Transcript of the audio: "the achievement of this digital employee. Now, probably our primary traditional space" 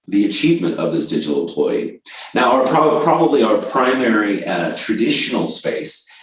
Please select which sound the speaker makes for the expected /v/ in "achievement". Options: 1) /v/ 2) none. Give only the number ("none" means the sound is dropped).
1